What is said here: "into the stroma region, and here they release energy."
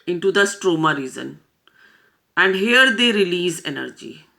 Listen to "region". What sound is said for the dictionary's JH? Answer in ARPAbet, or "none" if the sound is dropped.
Z